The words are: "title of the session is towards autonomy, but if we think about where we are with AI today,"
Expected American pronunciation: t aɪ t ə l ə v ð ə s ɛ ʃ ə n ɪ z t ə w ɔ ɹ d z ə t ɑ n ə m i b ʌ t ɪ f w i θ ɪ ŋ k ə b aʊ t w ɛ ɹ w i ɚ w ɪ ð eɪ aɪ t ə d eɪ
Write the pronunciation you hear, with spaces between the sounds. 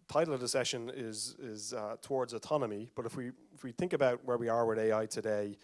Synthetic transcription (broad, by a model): t aɪ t l ə v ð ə s ɛ ʃ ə n ɪ z t ə w ɔ ɹ d z ə t ɑ n ə m i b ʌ t ɪ f w i θ ɪ ŋ k ə b aʊ t w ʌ ɹ w i ɚ w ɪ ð eɪ aɪ t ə d eɪ